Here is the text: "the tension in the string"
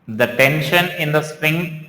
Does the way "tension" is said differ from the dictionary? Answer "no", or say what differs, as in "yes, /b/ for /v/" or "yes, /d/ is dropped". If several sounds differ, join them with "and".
no